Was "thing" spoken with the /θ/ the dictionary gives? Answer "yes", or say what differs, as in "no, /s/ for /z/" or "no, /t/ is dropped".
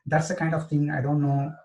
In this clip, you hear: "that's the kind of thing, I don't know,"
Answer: no, /t/ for /θ/